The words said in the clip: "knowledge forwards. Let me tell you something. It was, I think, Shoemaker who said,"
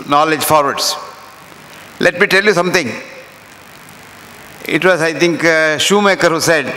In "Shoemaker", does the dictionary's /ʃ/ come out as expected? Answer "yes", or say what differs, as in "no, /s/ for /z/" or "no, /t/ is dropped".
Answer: yes